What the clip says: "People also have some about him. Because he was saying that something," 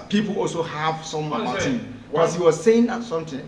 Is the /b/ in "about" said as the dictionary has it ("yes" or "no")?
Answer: no